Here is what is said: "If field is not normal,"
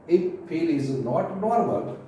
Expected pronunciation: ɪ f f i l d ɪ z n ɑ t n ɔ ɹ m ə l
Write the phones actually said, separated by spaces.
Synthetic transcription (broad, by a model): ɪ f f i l ɪ z n ɑ t n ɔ ɹ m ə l